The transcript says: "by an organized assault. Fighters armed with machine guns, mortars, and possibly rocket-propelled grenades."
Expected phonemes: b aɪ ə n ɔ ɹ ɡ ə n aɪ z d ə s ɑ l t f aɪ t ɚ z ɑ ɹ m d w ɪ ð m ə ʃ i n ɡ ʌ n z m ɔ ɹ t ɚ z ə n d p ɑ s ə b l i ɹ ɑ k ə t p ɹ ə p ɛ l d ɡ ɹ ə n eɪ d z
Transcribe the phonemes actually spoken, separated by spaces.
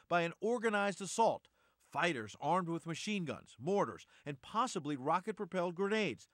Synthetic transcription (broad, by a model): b aɪ ə n ɔ ɹ ɡ ə n aɪ z d ə s ɑ l t f aɪ t ɚ z ɑ ɹ m d w ɪ ð m ə ʃ i n ɡ ʌ n z m ɔ ɹ t ɚ z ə n p ɑ s ə b l i ɹ ɑ k ə t p ɹ ə p ɛ l d ɡ ɹ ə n eɪ d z